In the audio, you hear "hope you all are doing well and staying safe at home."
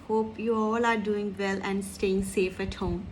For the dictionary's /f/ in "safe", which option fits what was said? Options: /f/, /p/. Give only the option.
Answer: /f/